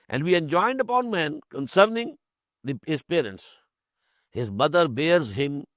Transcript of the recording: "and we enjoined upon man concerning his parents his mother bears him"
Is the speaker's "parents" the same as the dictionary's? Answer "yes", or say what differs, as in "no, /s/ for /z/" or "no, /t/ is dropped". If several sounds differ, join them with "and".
yes